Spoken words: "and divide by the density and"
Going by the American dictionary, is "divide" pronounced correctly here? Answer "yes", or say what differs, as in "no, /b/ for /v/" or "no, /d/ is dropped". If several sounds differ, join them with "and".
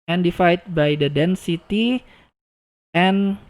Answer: no, /f/ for /v/